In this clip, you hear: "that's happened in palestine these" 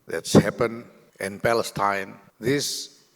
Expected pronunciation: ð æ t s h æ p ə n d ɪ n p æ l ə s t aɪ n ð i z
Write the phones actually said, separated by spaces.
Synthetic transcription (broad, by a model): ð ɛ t s h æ p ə n ɪ n p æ l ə s t aɪ n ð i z